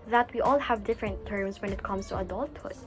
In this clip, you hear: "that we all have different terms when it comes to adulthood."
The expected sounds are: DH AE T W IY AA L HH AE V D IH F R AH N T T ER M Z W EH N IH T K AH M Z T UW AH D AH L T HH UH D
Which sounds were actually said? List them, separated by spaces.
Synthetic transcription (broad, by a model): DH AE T W IY AA L HH AE V D IH F R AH N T T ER M S W EH N IH T K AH M S T UW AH D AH L T HH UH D